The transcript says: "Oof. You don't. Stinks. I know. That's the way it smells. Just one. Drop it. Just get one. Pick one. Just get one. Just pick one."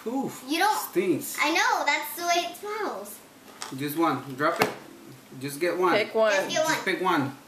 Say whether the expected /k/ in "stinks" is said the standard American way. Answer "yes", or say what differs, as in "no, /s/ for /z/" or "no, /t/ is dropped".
no, /k/ is dropped